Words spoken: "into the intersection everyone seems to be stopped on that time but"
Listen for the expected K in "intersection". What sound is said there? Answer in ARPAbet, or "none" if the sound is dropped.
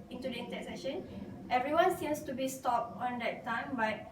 none